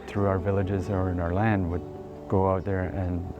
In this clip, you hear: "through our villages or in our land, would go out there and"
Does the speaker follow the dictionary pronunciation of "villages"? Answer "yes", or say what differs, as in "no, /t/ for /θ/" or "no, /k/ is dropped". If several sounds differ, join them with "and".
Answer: yes